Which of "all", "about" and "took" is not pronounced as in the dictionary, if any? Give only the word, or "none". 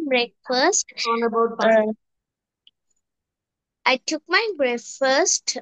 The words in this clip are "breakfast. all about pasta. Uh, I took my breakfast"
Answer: all